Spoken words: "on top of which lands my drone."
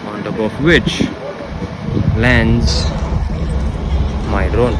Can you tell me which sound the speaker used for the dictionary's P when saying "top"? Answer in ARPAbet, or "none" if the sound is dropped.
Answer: B